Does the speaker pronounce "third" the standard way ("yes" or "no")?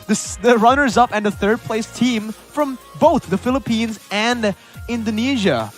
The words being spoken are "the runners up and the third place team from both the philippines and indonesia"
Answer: yes